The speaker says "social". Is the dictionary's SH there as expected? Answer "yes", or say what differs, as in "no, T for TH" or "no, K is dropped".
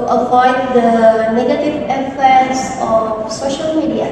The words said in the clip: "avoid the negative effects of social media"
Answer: yes